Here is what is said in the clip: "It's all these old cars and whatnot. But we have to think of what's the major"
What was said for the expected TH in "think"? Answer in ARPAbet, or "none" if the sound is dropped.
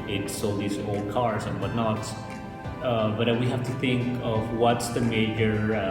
TH